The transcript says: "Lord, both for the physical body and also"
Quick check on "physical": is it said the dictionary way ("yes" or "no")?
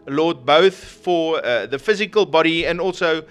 yes